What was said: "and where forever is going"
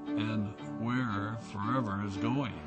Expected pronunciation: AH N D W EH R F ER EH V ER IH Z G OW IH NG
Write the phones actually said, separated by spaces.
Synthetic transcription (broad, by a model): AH N W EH R F ER EH V ER IH Z G OW IH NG